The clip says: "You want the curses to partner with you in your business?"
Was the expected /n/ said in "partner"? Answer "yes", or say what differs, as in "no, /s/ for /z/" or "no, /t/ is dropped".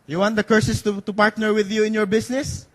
yes